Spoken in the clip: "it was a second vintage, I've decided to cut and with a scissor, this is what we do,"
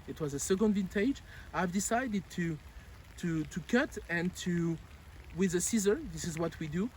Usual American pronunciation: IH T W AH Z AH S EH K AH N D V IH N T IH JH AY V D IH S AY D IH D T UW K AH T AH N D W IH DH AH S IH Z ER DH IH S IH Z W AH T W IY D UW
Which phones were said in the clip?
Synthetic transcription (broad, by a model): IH T W AH Z AH S EH K AH N D V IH N T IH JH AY V D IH S AY D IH D T UW K AH T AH N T W IH DH AH S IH Z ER DH IH S IH Z W AH T W IY D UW